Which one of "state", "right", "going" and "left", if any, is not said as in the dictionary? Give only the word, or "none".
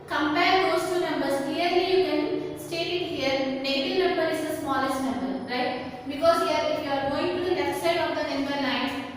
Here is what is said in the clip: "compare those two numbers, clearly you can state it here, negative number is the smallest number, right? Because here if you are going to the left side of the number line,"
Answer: left